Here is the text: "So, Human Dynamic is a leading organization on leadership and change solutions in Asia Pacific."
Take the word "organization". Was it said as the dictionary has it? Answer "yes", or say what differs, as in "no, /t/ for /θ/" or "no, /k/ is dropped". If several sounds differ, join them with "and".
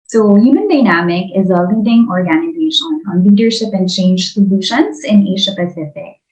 yes